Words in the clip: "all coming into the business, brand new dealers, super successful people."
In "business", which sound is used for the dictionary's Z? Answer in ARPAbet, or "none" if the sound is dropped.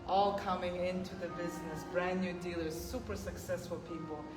Z